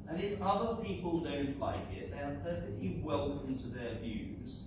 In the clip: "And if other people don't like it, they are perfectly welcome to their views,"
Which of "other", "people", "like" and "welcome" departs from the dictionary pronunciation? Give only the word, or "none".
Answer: welcome